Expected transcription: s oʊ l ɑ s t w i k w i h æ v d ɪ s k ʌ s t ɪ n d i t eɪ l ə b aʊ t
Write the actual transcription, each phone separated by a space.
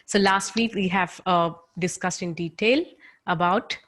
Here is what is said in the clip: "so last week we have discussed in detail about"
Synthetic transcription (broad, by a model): s oʊ l ɑ s t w i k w i h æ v d ɪ s k ʌ s t ɪ n d i t eɪ l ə b aʊ t